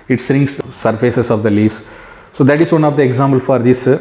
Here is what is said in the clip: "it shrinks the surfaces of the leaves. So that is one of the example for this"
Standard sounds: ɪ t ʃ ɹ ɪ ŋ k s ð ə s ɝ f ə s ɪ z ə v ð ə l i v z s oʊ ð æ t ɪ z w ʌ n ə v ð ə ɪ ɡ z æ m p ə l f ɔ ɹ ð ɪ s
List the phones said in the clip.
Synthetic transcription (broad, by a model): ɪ t s ɹ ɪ ŋ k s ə s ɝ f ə s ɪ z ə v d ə l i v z s oʊ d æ t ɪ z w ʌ n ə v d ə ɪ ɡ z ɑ m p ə l f ɔ ɹ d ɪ s